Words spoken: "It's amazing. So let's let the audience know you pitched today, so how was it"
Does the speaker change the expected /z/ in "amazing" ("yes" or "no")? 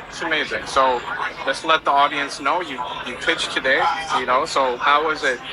no